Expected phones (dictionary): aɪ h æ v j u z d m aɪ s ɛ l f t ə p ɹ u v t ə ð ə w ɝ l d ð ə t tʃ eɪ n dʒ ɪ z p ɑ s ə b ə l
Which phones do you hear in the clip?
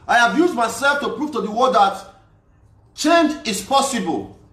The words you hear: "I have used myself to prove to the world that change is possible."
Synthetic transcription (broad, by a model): aɪ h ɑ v j u z d m aɪ s ɛ l f t ə p ɹ u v t ə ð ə w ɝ d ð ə t tʃ eɪ n dʒ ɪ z p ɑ s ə b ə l